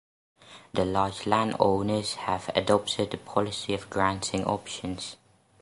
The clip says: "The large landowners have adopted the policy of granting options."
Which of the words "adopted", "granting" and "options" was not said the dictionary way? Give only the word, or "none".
none